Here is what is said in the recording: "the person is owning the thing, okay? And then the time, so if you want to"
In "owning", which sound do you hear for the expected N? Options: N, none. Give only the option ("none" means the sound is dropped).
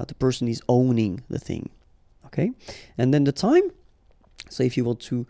N